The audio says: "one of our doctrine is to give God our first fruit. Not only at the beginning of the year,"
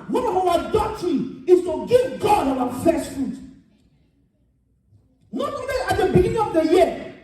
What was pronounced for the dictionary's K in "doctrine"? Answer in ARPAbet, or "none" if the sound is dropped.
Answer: none